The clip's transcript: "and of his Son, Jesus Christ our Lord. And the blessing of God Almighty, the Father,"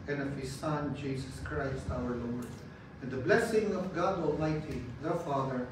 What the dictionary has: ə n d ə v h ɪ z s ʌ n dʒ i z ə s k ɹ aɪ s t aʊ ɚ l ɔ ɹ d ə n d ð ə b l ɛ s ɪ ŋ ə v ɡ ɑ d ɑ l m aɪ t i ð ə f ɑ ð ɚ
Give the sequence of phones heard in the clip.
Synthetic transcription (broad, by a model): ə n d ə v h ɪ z s ʌ n dʒ i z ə s k ɹ aɪ s t aʊ ɚ l ɔ ɹ d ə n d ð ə b l ɛ s ɪ ŋ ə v ɡ ɑ d ɑ l m aɪ t i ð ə f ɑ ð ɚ